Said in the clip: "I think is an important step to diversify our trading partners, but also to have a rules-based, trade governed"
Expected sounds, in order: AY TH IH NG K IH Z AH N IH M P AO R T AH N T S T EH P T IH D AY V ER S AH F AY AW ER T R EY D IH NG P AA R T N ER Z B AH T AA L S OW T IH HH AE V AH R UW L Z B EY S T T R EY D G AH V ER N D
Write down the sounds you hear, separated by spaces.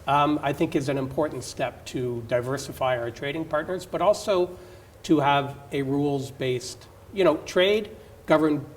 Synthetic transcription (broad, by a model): AY TH IH NG K IH Z AH N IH M P AO R T N T S T EH P T IH D AY V ER S AH F AY AW ER T R EY D IH NG P AA R T N ER Z B AH T AA L S OW T IH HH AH V AH R UW L Z B EY S T T R EY D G AH V ER N